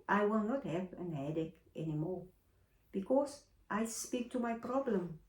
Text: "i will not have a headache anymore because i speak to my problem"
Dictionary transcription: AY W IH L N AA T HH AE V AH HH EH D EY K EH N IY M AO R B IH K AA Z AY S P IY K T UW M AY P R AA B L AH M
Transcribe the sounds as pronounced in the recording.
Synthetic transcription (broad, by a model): AY W IH L N AA T HH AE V AH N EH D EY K EH N IY M AO R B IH K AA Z AY S P IY K T UW M AY P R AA B L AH M